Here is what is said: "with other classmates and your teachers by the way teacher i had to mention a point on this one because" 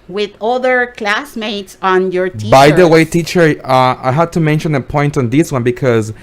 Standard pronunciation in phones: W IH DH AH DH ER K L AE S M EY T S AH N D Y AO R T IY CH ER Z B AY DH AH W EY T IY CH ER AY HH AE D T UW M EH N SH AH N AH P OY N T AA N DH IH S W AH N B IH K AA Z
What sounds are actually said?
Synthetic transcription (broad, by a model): W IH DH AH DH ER K L AE S M EY T S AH N Y AO R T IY B AY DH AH W EY T IY CH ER AY HH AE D T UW M EH N SH AH N AH P OY N T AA N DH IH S W AH N B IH K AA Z